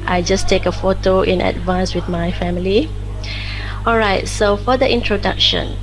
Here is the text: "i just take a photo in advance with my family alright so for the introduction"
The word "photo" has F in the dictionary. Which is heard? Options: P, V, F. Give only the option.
F